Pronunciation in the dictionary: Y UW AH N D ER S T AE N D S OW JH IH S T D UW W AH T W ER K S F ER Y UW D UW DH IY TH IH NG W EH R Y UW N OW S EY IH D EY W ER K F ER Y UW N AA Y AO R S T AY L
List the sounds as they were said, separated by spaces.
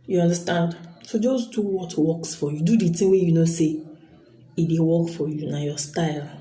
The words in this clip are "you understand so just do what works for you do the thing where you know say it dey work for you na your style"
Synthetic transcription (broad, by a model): Y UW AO N D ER S T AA N D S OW JH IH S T D UW W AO T W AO K S F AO Y UW D UW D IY T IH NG W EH Y UW N OW S EY IH D EY W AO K F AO Y UW N AA Y AO S T AY L